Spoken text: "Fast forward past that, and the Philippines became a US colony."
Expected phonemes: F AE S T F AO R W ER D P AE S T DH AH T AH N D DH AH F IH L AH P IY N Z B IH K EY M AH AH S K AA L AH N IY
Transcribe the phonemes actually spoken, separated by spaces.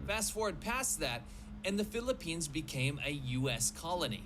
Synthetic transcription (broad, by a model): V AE S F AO R D P AE S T DH AH T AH N DH AH F IH L AH P IY N Z B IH K EY M AH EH S K AA L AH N IY